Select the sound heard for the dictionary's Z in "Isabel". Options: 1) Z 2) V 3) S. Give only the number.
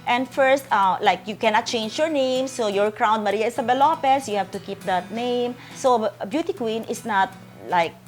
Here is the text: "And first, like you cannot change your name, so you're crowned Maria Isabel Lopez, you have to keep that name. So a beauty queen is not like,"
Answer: 3